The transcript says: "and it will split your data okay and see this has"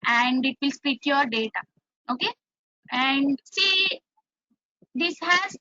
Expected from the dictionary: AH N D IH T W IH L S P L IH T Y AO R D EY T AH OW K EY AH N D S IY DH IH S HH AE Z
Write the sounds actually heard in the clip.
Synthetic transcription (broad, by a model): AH N D IH T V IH L S P IY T Y AO R D EY T AH OW K EY AH N D S IY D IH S HH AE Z